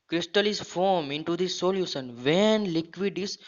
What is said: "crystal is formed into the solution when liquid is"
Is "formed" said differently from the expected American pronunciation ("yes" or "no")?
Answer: yes